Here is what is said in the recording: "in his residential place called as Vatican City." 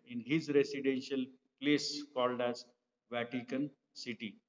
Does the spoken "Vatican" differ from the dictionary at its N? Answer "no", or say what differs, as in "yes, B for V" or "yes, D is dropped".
no